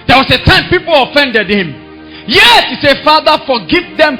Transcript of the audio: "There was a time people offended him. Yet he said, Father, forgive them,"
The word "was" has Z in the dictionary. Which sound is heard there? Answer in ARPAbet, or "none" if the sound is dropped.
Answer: S